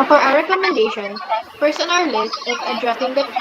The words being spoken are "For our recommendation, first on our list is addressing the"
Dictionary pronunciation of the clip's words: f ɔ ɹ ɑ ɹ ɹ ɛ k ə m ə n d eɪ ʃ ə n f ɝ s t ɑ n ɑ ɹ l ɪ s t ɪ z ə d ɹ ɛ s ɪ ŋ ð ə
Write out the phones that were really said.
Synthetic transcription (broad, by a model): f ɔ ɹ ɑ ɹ ɹ ɛ k ə m ə n d eɪ ʃ ə n p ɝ s ɑ n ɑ l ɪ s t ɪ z ə d ɹ ɛ s ɪ ŋ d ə